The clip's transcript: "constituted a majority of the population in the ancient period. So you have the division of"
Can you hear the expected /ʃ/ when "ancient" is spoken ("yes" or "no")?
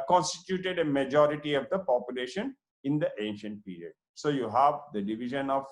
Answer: yes